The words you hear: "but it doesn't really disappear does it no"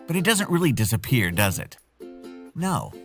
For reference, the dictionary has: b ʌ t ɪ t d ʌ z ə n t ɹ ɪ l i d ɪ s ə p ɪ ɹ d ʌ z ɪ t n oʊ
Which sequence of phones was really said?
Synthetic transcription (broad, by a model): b ʌ t ɪ t d ʌ z ə n t ɹ ɪ l i d ɪ s ə p ɪ ɹ d ʌ z ɪ t n oʊ